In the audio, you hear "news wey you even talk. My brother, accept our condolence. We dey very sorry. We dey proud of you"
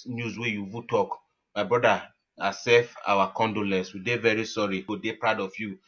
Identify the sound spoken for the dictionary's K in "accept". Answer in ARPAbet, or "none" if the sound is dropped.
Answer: none